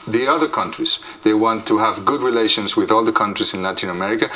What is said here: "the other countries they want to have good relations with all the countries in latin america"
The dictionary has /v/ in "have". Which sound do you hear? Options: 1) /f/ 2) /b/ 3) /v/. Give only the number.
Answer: 3